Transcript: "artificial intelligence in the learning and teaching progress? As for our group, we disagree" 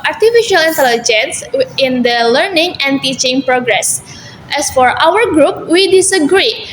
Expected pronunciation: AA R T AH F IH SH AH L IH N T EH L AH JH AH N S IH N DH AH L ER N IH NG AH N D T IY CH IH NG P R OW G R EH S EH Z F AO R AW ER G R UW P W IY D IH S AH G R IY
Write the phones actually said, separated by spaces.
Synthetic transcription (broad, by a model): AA R T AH F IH SH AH L IH N T EH L AH JH AH N S IH N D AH L ER N IH NG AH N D T IY CH IH NG P R OW G R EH S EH S F AO R AW ER G R UW P W IY D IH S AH G R IY